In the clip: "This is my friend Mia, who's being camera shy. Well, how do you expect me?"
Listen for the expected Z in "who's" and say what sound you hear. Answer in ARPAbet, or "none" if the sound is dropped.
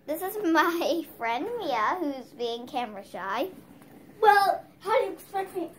Z